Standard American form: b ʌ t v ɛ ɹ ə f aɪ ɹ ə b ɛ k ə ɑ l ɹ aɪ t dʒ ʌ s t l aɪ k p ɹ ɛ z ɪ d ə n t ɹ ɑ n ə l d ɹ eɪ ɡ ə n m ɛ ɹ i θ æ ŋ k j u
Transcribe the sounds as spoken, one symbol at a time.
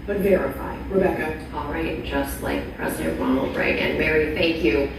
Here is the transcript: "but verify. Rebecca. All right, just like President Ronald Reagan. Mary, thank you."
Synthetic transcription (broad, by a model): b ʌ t v ɛ ɹ ə f aɪ ɹ ə b ɛ k ə ɑ l ɹ aɪ t dʒ ʌ s t l aɪ k p ɹ ɛ z ɪ d ə n t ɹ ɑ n l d ɹ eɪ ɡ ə n m ɛ ɹ i θ æ ŋ k j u